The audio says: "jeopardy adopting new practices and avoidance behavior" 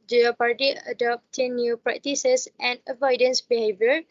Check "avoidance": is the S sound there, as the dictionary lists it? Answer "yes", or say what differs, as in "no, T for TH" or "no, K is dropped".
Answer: yes